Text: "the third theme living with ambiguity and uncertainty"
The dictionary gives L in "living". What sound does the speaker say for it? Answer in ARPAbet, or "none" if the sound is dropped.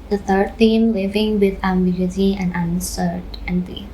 W